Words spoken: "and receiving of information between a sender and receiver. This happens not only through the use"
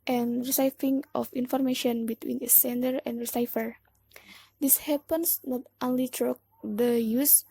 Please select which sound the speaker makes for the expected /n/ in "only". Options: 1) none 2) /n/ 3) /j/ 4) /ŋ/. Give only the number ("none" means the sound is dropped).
2